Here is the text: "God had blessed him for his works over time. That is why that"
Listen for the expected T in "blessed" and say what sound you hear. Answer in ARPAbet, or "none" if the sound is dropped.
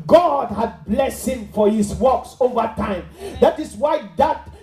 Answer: none